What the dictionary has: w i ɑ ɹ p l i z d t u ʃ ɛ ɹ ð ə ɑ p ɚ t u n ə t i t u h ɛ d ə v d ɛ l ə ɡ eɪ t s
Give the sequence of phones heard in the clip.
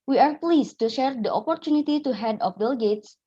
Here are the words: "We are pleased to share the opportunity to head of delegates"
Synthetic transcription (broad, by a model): w i ɑ ɹ p l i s t u ʃ ɛ ɹ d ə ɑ p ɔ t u n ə t i t u h ɛ d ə f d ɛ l ɡ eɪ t s